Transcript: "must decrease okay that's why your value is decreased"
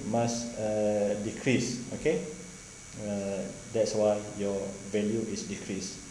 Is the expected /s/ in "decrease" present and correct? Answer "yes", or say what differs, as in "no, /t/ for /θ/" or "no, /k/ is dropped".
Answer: yes